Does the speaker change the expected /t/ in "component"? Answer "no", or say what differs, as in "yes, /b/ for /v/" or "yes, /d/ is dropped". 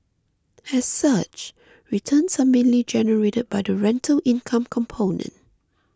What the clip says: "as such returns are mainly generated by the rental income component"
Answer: no